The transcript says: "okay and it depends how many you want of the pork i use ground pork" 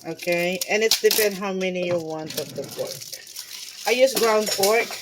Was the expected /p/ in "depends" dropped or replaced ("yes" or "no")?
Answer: yes